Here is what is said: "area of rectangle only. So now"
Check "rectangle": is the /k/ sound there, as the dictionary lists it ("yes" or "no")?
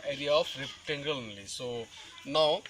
no